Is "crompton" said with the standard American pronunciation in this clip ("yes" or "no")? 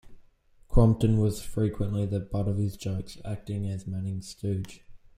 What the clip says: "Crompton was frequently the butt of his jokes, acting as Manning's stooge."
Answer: yes